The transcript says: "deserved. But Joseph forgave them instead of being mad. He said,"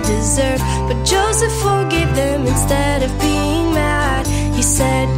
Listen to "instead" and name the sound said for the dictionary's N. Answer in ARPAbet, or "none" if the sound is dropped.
N